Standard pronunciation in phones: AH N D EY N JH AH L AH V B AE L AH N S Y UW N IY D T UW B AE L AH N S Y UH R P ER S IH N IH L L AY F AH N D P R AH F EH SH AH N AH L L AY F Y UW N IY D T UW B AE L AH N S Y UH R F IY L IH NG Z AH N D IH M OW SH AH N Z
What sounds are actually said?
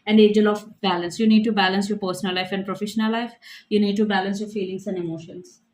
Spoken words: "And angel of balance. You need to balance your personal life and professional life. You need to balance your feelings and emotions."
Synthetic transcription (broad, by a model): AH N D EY JH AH L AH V B AE L AH N S Y UW N IY D T UW B AE L AH N S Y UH P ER S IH N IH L L AY F AH N D P R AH F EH SH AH N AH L L AY F Y UW N IY D T UW B AE L AH N S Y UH F IY L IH NG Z AH N D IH M OW SH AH N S